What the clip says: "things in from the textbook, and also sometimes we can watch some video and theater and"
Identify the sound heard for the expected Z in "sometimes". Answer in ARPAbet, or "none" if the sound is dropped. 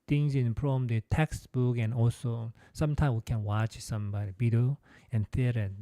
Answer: none